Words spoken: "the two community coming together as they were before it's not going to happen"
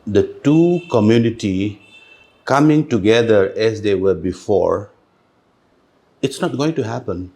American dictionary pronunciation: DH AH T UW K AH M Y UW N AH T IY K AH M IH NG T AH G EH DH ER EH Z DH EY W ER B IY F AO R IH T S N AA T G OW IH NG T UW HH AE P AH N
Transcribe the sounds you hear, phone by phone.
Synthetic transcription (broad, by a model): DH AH T UW K AH M Y UW N AH T IY K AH M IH NG T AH G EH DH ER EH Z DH EY W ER B IY F AO R IH T S N AA T G OW IH NG T UW HH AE P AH N